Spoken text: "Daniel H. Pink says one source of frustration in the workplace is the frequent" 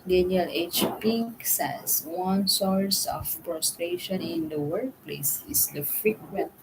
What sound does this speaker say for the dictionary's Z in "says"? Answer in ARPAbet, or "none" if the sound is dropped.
S